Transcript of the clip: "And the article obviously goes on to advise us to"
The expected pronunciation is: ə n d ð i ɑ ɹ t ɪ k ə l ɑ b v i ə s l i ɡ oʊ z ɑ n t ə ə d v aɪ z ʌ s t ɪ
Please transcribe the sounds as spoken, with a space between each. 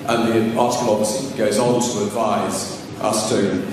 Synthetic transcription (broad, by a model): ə n ð i ɑ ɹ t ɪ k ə l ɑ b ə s i ɡ oʊ z ɑ n t ə ə d v aɪ z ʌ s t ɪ